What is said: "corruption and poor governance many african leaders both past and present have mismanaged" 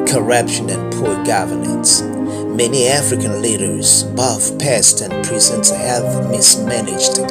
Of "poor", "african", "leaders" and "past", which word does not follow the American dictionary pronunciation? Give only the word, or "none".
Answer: none